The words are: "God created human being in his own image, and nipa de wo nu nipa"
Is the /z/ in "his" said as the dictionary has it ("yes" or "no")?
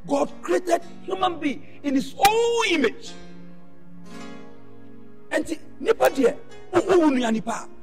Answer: no